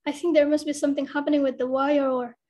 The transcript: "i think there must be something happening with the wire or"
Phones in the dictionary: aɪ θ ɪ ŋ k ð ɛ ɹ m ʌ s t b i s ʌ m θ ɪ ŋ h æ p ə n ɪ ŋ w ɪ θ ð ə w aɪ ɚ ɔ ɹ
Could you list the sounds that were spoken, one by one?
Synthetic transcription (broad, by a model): aɪ θ ɪ ŋ k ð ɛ ɹ m ʌ s t b i s ʌ m θ ɪ ŋ h æ p ə n ɪ ŋ w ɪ ð ə w aɪ ɚ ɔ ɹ